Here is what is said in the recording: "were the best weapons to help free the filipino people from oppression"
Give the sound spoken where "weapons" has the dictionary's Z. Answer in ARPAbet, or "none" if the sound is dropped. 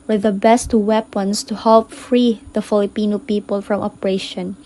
S